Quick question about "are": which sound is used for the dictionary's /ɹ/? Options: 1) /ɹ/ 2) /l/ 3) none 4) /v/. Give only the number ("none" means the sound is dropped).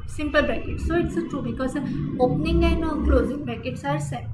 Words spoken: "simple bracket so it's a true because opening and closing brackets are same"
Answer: 1